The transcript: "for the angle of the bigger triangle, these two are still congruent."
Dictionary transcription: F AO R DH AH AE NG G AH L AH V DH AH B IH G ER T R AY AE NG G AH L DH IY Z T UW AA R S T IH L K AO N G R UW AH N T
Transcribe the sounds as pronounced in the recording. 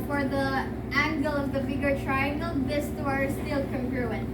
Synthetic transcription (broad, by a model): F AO R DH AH AE NG G AH L AH V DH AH B IH G ER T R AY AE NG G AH L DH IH S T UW AA R S T IH L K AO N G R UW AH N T